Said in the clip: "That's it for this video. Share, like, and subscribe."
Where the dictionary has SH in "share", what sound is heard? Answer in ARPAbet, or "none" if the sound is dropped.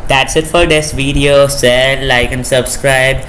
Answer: S